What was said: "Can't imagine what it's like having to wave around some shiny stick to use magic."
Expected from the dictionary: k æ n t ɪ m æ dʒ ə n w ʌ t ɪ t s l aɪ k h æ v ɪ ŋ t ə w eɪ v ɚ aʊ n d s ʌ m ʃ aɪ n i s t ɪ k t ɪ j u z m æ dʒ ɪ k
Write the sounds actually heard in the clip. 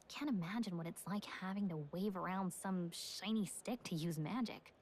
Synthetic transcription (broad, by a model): k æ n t ɪ m æ dʒ ə n w ʌ t ɪ t s l aɪ k h æ v ɪ ŋ t ə w eɪ v ɚ aʊ n d s ʌ m ʃ aɪ n i s t ɪ k t ɪ j u z m æ dʒ ɪ k